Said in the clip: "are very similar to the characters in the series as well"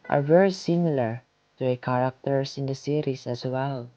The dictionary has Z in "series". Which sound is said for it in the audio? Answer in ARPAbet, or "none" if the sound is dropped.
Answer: S